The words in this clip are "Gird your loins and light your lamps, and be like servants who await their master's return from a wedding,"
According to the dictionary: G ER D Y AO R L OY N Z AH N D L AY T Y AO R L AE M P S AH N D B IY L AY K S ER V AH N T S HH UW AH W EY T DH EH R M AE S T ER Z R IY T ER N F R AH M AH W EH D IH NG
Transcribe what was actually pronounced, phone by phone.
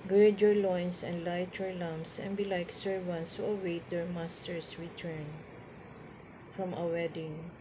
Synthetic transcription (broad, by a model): G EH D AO R L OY N S AH N D L AY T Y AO R L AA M S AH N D B IY L AY K S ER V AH N S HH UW AH W EY T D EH R M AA S T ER S R IY T ER N F R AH M AH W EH D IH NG